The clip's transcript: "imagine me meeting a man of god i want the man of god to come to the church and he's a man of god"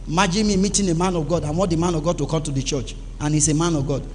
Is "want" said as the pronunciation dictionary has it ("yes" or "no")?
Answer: no